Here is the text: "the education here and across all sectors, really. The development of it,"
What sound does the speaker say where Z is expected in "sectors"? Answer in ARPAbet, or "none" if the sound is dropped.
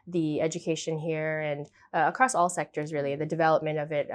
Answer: Z